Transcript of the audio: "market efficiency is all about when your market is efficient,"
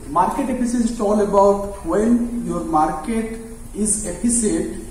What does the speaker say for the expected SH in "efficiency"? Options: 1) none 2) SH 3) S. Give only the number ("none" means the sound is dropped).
3